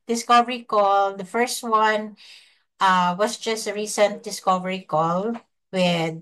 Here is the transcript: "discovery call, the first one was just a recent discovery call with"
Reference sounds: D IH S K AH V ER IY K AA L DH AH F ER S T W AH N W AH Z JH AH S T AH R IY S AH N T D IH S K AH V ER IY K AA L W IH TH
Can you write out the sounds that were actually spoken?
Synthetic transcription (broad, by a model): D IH S K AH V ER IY K AA L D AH F ER S T W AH N W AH S JH AH S T AH R IY S AH N T D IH S K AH V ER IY K AA L W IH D